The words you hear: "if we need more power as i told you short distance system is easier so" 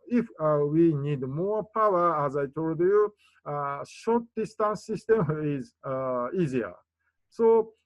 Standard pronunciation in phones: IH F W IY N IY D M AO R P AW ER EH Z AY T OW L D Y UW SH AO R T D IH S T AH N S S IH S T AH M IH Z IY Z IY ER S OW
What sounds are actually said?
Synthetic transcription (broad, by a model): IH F W IY N IY D M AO P AW ER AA Z AY T OW L D Y UW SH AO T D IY S T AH N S S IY S T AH M IH Z IY Z IY ER S OW